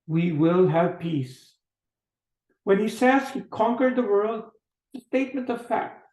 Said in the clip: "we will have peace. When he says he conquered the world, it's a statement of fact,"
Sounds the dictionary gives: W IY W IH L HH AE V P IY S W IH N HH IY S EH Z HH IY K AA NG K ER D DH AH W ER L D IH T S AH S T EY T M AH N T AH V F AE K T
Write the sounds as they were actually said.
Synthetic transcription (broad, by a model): W IY W IH L HH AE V P IY S W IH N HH IY S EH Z HH IY K AA NG K ER D DH AH W ER L D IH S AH S T EY T M AH N T AH V F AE K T